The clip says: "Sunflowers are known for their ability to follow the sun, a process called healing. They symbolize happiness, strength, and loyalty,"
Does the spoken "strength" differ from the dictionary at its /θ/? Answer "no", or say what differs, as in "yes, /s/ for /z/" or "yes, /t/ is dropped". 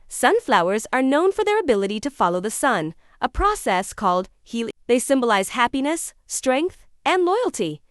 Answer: no